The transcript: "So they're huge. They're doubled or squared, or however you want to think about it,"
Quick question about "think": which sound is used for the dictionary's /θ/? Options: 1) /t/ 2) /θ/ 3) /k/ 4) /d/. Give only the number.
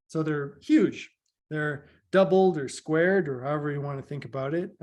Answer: 2